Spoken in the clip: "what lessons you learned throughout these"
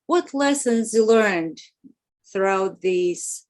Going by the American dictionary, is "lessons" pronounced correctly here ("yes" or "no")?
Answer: yes